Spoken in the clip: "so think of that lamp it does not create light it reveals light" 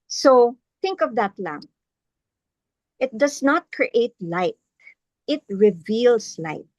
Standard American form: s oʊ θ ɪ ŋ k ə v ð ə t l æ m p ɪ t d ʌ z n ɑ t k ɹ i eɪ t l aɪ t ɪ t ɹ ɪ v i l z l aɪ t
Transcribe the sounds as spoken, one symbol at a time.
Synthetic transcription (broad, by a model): s oʊ θ ɪ ŋ k ə v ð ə t l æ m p ɪ t d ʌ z n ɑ t k ɹ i eɪ t l aɪ t ɪ t ɹ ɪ v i l s l aɪ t